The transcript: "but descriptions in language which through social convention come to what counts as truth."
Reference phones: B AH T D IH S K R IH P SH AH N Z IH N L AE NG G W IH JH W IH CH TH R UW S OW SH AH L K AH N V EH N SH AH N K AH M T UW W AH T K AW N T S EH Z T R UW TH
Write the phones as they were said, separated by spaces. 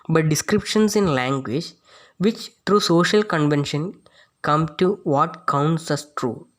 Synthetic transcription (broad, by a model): B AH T D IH S K R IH P SH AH N S IH N L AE NG G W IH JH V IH CH T R UW S OW SH AH L K AH N V EH N SH AH N K AH M T UW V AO T K AW N T S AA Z T R UW